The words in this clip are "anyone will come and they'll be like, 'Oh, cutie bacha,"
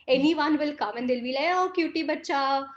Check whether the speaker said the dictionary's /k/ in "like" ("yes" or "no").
no